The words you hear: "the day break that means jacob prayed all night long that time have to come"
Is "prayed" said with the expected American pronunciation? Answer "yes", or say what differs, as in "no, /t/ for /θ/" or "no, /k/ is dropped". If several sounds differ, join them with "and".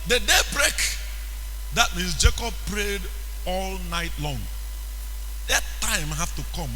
yes